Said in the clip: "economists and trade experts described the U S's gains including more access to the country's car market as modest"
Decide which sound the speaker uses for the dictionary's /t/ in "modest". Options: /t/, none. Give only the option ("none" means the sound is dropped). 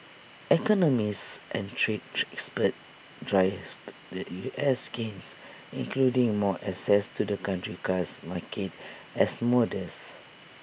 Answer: none